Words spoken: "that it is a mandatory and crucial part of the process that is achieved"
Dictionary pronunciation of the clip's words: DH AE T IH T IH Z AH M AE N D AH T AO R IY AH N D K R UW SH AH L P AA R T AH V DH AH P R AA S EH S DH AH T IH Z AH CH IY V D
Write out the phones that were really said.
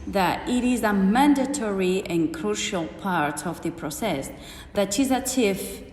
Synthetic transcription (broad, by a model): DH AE T IH T IH Z AH M AE N D AH T AO R IY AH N K R UW SH AH L P AA R T AH V DH AH P R AA S EH S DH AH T IH Z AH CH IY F